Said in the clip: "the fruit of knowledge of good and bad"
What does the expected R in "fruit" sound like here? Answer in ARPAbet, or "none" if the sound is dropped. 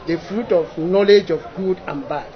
R